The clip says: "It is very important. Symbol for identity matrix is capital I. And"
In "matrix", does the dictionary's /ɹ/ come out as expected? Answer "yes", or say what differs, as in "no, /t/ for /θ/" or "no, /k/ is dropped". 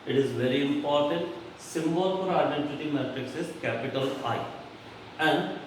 yes